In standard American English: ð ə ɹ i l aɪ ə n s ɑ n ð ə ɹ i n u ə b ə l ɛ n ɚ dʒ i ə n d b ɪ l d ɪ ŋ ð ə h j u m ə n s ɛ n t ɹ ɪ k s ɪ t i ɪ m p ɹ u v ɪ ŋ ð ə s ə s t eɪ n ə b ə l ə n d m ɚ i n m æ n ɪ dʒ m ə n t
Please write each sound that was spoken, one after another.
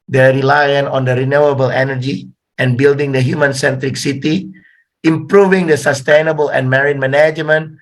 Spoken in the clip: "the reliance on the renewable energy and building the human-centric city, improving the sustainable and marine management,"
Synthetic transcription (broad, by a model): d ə ɹ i l aɪ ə n ɑ n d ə ɹ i n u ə b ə l ɛ n ɚ dʒ i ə n b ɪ l d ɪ ŋ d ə h j u m ə n s ɛ n t ɹ ɪ k s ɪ t i ɪ m p ɹ u v ɪ ŋ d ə s ə s t eɪ n ə b ə l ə n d m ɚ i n m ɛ n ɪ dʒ m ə n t